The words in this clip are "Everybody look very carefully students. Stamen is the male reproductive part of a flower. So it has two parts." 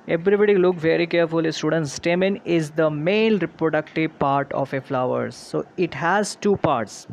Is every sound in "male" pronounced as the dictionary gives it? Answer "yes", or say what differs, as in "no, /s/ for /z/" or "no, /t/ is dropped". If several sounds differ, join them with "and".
no, /n/ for /l/